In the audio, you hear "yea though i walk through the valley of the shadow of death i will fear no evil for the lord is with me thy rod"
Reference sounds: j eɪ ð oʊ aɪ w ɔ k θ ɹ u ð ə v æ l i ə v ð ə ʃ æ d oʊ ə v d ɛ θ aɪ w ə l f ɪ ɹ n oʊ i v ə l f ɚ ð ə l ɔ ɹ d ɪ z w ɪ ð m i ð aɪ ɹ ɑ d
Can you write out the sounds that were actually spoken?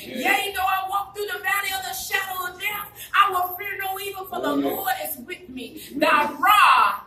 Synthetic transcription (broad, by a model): j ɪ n oʊ aɪ w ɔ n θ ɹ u ð ə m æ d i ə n ð ə ʃ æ d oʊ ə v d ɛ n aɪ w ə n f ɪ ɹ n oʊ i v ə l f ɚ ð ə l ɔ ɹ d ɪ z w ɪ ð m i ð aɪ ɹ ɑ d